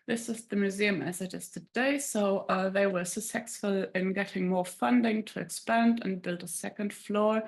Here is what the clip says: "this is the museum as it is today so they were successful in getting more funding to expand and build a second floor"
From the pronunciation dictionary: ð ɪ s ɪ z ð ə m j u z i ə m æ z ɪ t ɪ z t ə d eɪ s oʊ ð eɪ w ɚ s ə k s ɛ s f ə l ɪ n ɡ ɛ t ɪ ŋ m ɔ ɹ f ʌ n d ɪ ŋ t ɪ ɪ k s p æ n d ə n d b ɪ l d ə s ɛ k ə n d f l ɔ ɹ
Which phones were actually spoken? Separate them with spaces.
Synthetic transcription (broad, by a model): ð ɪ s ɪ z ð ə m j u z i ə m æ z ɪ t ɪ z t ə d eɪ s oʊ ð eɪ w ɚ s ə s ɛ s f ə l ɪ n ɡ ɛ t ɪ ŋ m ɔ ɹ f ʌ n d ɪ ŋ t ɪ ɪ k s p æ n d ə n b ɪ l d ə s ɛ k ə n d f l ɔ ɹ